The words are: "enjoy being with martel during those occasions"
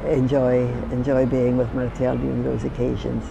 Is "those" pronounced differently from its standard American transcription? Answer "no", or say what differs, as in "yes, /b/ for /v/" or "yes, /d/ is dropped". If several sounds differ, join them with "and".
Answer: no